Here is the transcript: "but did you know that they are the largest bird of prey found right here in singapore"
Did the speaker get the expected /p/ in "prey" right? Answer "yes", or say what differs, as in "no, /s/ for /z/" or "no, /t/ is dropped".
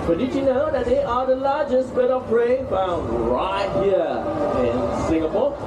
no, /b/ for /p/